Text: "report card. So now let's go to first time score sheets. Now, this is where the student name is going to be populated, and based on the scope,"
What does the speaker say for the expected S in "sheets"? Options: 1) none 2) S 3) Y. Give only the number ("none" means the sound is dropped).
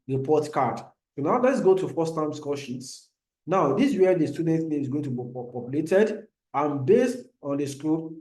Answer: 2